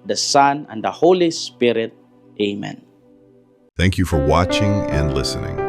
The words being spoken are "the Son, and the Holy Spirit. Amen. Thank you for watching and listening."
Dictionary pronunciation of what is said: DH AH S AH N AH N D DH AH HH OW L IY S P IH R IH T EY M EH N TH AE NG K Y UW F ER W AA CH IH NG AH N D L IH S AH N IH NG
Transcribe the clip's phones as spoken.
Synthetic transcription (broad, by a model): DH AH S AH N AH N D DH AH HH OW L IY S P IH R IH T EY M EH N TH AE NG K Y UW F ER W AA CH IH NG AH N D L IH S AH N IH NG